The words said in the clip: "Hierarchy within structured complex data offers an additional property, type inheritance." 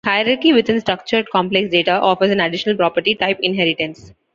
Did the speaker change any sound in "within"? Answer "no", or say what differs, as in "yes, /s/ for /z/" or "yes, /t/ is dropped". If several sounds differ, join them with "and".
yes, /t/ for /θ/